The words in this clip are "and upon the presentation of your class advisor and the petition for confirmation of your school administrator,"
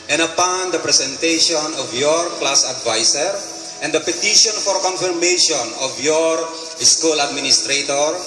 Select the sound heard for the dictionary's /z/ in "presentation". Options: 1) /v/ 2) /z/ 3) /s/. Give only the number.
3